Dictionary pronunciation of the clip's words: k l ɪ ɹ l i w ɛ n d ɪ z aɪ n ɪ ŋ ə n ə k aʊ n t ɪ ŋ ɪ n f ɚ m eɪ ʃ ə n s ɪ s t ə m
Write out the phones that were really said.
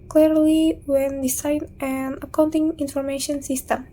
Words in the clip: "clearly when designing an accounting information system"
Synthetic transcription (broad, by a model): k l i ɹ l i w ɛ n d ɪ s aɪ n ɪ ə n ə k aʊ n t ɪ ŋ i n f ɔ m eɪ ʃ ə n s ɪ s t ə m